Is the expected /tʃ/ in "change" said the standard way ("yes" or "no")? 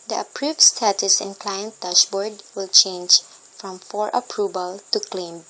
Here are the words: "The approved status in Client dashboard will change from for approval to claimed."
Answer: yes